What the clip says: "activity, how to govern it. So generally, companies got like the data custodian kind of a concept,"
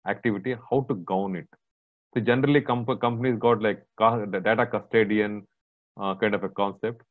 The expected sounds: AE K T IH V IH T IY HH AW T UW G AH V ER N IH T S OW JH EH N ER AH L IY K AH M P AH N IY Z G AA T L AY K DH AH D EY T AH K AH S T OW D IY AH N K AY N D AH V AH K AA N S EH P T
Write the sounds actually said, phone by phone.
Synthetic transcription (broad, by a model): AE K T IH V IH T IY HH AW T UW G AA UH N IH T S OW JH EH N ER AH L IY K AH M P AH N IY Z G AA T L AY K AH D EY T AH K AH S T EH D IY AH N K AY N D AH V AH K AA N S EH P T